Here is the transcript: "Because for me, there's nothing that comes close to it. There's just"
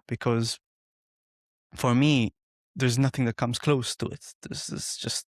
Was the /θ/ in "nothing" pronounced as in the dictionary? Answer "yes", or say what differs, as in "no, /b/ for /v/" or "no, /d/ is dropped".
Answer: yes